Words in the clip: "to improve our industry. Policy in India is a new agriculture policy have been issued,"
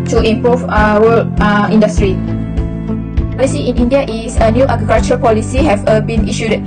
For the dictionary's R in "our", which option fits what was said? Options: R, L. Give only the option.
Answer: L